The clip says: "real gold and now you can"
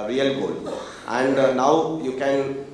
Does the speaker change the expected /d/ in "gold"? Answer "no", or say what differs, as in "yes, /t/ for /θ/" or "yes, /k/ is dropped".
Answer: yes, /d/ is dropped